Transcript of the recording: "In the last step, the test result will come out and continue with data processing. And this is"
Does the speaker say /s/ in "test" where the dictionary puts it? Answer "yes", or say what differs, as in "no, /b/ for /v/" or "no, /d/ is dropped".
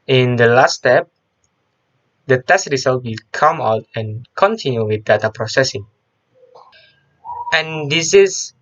yes